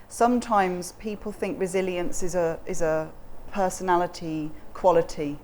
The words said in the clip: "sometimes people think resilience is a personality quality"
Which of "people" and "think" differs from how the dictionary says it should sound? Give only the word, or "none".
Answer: none